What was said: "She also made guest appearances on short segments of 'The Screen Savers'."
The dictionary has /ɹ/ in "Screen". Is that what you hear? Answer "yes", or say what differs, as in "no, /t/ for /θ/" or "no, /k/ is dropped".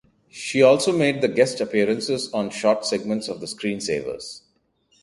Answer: yes